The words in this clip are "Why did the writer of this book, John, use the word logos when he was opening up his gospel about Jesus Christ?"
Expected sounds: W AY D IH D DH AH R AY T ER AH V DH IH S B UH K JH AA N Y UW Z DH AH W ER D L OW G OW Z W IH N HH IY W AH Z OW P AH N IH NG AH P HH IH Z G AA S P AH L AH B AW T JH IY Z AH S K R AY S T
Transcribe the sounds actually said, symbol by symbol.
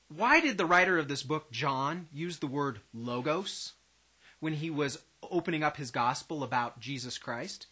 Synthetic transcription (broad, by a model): W AY D IH D DH AH R AY T ER AH V DH IH S B UH K JH AA N Y UW Z DH AH W ER D L OW G OW S W IH N IY W AH Z OW P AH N IH NG AH P HH IH Z G AA S P L AH B AW T JH IY Z AH S K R AY S T